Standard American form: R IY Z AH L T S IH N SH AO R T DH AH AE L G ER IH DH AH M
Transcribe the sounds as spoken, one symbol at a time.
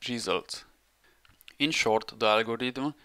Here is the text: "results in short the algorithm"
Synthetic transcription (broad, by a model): R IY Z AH L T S IH N SH AO R T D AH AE L G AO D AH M